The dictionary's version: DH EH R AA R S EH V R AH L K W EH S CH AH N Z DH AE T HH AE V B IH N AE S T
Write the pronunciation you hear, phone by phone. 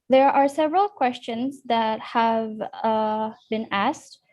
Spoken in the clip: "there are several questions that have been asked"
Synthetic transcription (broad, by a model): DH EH R AA R S EH V R AH L K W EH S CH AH N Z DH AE T HH AE V B IH N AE S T